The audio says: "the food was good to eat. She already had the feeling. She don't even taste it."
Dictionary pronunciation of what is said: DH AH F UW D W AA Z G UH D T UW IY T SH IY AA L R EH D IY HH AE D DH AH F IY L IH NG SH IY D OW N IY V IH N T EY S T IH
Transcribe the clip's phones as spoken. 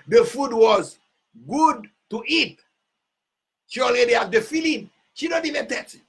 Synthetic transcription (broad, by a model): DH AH F UW D W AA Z G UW D T UW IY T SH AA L IY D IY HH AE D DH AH F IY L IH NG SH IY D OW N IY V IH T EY T